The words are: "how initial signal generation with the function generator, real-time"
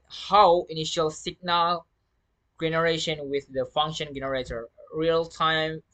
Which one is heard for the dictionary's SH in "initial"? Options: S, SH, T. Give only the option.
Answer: SH